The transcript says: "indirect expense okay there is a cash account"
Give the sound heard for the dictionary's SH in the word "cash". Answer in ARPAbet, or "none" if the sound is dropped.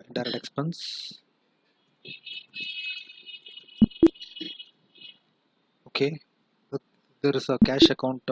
SH